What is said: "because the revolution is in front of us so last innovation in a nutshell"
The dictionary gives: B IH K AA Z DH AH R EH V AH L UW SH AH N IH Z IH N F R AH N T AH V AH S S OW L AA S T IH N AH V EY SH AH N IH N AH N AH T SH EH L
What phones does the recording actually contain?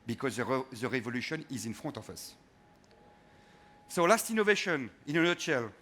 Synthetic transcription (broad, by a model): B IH K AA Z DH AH R EH V AH L UW SH AH N IH Z IH N F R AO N T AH F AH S S OW L AA S T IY N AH V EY SH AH N IH N AH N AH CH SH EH L